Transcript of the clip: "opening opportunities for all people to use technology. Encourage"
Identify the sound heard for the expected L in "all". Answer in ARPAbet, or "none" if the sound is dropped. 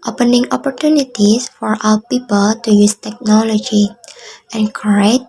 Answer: W